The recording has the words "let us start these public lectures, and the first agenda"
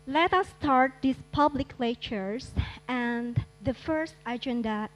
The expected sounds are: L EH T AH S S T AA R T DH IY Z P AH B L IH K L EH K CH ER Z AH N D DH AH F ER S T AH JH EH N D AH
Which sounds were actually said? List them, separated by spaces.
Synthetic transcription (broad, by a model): L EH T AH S S T AA R T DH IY S P AH B L IH K L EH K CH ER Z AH N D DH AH F ER S T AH JH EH N D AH